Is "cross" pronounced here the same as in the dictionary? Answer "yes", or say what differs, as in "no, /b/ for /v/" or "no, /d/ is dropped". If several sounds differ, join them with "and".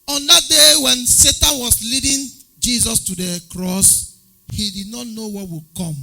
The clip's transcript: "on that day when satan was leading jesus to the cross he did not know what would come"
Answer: yes